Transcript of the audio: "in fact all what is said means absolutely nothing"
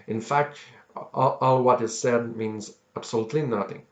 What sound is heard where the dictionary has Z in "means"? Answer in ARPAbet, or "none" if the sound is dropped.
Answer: Z